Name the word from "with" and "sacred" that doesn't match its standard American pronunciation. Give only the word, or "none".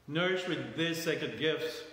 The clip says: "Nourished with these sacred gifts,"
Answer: sacred